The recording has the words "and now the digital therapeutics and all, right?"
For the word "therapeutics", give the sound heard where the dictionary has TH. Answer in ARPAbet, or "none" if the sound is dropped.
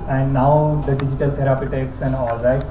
T